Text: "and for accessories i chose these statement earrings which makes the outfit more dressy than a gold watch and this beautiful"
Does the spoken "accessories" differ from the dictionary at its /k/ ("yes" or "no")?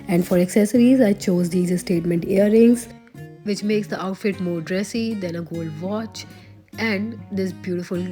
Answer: no